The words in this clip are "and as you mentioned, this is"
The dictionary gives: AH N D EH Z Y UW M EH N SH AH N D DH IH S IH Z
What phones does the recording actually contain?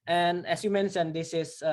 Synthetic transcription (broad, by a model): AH N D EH S Y UW M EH N S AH N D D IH S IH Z